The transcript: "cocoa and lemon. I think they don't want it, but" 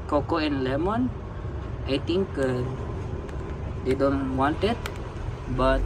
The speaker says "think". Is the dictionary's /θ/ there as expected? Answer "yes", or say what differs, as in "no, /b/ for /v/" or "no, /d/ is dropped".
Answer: no, /t/ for /θ/